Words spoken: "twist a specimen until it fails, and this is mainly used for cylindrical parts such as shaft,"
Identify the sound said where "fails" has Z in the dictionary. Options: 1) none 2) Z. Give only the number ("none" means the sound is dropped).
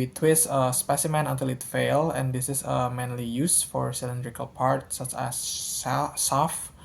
1